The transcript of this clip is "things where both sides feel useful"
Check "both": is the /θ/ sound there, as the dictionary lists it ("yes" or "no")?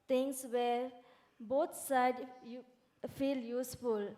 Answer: no